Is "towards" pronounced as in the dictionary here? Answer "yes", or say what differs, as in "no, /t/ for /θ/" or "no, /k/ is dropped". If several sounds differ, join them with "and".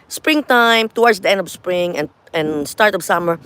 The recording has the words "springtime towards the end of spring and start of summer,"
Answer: no, /w/ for /ɹ/